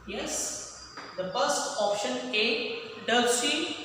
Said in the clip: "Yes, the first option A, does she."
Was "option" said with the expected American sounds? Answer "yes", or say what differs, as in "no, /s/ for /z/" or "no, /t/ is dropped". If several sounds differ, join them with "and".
yes